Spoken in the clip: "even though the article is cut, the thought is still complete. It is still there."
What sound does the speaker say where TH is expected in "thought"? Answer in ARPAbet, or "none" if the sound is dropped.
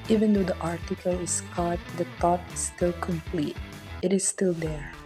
T